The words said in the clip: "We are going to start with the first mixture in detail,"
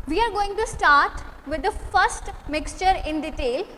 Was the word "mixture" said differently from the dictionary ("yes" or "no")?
no